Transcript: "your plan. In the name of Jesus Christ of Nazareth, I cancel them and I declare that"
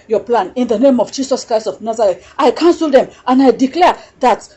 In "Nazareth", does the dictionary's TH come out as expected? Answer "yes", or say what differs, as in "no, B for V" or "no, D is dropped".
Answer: no, T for TH